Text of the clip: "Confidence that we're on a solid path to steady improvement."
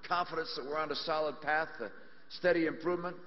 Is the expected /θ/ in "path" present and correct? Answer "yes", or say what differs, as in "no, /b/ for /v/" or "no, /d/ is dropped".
yes